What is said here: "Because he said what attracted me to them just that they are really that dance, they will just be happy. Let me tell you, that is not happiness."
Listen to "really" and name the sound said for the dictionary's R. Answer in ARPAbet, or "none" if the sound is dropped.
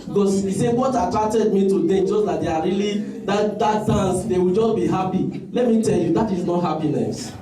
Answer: L